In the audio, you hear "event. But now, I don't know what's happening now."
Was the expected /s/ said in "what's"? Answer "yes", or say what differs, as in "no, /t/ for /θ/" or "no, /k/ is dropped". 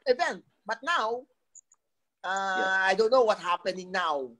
no, /s/ is dropped